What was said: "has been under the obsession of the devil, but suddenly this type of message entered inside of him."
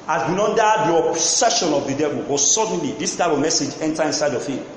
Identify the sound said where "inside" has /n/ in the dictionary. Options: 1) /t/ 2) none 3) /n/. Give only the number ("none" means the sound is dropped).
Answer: 3